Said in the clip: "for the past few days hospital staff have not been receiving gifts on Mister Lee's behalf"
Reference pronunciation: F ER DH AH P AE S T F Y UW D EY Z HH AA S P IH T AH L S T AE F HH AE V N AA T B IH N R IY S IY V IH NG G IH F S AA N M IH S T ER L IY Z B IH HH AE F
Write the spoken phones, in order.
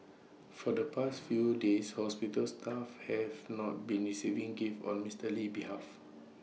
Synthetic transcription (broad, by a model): F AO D AH P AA S T F Y UW D EY S HH AA S P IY T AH L S T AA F HH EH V N AA T B IH N R IY S IY V IH NG G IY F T AA N M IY S T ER L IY B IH HH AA F